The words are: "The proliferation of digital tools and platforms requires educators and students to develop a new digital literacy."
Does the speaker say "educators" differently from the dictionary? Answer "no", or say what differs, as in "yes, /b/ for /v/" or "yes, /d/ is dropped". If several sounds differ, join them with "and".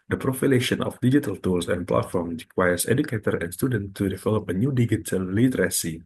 yes, /z/ is dropped